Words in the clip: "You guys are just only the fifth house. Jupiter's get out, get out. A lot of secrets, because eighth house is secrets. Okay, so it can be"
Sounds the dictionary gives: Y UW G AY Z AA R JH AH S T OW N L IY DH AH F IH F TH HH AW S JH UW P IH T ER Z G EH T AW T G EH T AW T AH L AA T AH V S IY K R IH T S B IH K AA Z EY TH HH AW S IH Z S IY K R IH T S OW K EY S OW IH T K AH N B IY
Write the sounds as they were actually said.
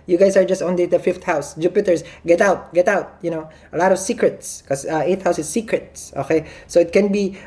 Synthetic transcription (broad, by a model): Y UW G AY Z AA R JH AH S T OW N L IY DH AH F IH F T HH AW S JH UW P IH T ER S G EH T AW T G EH T AW T AH L AA T AH V S IY K R IH T S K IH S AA EY T HH AW S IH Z S IY K R IH T S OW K EY S OW IH T K AH N B IY